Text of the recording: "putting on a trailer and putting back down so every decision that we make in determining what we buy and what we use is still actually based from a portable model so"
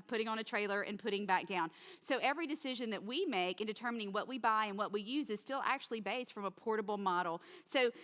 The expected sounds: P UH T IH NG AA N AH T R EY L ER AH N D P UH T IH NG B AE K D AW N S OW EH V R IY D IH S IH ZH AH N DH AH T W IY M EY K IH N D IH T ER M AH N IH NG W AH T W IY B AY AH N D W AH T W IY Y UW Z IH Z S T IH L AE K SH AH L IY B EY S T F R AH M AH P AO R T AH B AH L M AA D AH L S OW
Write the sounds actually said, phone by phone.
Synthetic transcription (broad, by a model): P UH T IH NG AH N AH T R EY L ER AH N P UH T IH NG B AE K D AW N S OW EH V R IY D IH S IH ZH AH N DH AH T W IY M EY K IH N D IH T ER M AH N IH NG W AH T W IY B AY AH N W AH T W IY Y UW Z IH Z S T IH L AE K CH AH L IY B EY S T F R AH M AH P AO R T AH B L M AA D L S OW